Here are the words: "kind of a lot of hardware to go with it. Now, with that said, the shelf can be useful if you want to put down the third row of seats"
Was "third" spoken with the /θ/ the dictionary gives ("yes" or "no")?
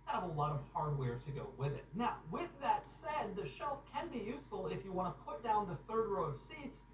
yes